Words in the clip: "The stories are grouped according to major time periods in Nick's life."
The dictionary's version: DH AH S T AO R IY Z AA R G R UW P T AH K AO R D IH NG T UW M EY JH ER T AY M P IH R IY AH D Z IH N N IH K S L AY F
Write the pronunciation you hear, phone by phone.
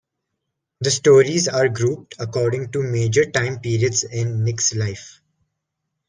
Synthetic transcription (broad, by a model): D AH S T AO R IY Z AA R G R UW P T AH K AO R D IH NG T UW M EY JH ER T AY M P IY R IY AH D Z IH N N IH K S L AY F